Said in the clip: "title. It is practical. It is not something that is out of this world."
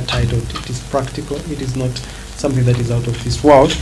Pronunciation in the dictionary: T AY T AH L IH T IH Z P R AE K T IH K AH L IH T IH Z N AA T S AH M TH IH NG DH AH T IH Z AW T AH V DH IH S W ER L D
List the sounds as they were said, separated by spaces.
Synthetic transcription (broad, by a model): T AY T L IH T IH Z P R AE K T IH K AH L IH T IH Z N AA T S AH M TH IH NG DH AH T IH Z AW T AH V DH IH S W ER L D